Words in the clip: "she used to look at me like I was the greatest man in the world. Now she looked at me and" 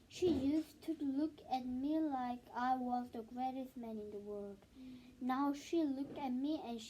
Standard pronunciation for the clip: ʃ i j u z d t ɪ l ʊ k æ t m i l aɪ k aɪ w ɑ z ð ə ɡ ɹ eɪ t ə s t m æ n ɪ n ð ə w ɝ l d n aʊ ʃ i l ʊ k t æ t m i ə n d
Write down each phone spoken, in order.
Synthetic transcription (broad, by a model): ʃ i j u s t ɪ l ʊ k æ t m i l aɪ k aɪ w ɑ z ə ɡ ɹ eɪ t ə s m æ n ɪ n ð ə w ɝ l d n aʊ ʃ i l ʊ k t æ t m i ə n